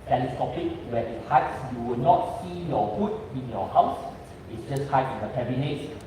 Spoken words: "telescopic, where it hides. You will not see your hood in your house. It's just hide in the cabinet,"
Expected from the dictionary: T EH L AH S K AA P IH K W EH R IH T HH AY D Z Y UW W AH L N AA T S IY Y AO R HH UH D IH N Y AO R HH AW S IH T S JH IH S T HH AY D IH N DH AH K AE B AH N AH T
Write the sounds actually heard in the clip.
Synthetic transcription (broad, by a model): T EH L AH S K AA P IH K W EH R IH T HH AY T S Y UW W AH L N AA T S IY Y AO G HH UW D IH N Y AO HH AW S IH T S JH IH S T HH AY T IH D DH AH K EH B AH N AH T